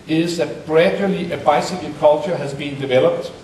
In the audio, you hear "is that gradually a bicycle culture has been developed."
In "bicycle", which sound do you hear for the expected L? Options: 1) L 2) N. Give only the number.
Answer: 2